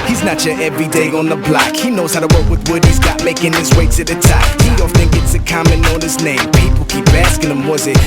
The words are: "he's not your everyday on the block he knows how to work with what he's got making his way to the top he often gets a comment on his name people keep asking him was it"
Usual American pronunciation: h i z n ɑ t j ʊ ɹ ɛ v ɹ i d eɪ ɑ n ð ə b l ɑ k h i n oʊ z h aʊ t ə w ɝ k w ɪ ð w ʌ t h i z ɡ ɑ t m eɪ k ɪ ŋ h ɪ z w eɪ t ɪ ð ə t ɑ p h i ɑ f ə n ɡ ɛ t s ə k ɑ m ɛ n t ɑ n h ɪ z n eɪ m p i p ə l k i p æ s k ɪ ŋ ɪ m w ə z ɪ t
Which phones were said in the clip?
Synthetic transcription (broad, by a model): h i z n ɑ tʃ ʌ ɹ ɛ v ɹ i d eɪ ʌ n ð ə b l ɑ k h i n oʊ z h aʊ t ə w ɝ k w ɪ ð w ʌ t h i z ɡ ɑ t m eɪ k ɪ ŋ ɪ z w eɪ s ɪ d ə t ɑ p h i ɑ f ə n ɡ ɛ t s ə k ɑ m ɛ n ɑ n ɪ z n eɪ m p i p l k i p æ s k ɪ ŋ ɪ m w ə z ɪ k